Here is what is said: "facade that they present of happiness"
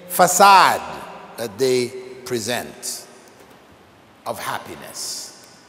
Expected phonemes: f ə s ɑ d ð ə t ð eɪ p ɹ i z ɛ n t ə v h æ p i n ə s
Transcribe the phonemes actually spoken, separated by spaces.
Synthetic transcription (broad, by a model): f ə s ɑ d ð ə t ð eɪ p ɹ i z ɛ n t ə v h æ p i n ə s